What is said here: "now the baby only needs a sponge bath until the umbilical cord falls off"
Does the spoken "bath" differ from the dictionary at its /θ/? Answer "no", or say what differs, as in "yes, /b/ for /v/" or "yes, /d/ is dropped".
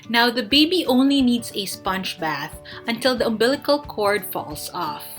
no